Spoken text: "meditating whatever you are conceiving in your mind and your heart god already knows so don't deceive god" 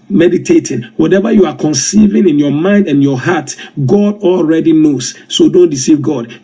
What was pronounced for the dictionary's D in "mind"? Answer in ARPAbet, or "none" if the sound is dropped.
D